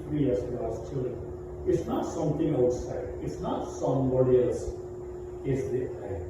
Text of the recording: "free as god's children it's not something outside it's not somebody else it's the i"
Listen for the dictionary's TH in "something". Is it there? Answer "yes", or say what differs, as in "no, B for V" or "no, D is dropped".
no, T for TH